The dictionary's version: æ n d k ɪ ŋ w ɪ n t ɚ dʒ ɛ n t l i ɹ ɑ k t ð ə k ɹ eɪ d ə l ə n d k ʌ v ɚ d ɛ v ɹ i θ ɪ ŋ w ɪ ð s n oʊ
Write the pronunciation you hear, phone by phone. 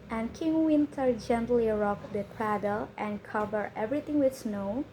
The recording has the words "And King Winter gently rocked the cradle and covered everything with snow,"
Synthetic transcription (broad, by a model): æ n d k ɪ ŋ w ɪ n t ɚ dʒ ɛ n t l i ɹ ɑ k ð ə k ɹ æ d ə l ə n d k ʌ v ɚ ɛ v ɹ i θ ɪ ŋ w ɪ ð s n oʊ